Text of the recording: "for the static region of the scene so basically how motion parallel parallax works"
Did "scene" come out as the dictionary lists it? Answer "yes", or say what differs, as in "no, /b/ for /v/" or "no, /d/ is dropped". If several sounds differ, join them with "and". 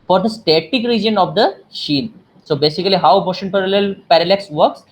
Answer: no, /ʃ/ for /s/